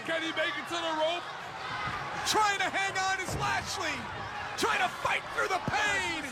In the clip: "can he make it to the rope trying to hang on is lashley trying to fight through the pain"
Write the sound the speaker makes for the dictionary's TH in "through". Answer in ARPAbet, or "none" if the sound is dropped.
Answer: TH